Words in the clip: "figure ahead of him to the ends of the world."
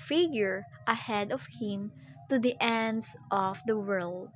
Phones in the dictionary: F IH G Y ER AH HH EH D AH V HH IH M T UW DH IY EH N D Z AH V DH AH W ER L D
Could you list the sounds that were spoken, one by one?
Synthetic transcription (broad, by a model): F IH G Y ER AH HH EH D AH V HH IH M T UW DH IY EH N D S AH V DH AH W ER L D